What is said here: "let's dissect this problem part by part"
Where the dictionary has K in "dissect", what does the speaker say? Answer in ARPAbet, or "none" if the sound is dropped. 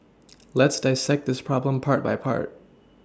K